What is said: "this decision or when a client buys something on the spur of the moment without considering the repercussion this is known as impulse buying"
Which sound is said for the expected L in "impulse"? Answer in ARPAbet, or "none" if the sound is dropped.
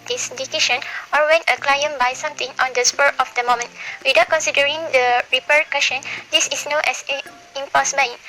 none